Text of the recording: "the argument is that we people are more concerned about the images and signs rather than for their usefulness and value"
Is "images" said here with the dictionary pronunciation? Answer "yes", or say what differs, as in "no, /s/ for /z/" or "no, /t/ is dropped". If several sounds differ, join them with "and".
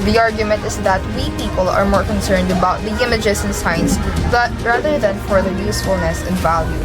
no, /s/ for /z/